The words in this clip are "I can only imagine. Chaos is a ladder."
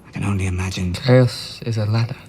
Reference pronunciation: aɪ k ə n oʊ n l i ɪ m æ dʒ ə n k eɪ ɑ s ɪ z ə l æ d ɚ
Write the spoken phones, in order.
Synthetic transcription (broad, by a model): aɪ k ə n oʊ n l i ɪ m æ dʒ ə n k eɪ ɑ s ɪ z ə l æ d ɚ